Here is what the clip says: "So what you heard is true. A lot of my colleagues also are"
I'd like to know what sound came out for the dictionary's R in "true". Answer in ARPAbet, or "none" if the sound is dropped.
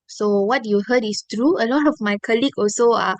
R